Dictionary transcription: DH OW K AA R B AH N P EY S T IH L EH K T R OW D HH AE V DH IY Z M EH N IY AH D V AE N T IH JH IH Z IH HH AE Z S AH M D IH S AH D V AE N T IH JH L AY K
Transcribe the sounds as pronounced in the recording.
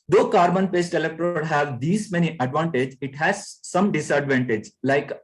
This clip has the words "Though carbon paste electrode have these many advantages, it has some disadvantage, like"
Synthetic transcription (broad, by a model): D OW K AA R B AH N P EY S T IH L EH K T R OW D HH AE V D IY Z M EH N IY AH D V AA N T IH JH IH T HH AE Z S AH M D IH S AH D V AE N T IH JH L AY K